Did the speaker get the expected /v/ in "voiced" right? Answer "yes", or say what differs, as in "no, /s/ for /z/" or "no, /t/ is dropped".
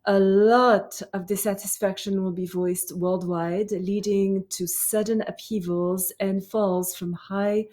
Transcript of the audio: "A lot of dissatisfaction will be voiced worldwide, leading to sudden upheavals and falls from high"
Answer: yes